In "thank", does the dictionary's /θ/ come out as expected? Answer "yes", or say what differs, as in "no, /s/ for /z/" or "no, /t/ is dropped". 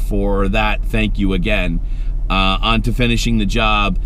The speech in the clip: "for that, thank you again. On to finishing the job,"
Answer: yes